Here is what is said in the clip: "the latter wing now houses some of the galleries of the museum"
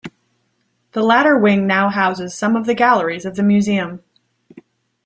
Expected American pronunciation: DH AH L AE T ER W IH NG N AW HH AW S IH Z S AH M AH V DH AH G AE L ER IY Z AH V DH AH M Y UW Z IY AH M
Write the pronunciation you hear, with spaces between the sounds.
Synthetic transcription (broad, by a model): DH AH L AE T ER W IH NG N AW HH AW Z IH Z S AH M AH V DH AH G AE L ER IY Z AH V DH AH M Y UW Z IY AH M